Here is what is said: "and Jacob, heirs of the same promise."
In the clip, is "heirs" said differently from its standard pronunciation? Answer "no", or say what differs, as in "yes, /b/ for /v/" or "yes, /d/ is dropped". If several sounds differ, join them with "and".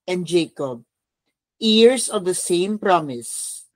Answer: yes, /s/ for /z/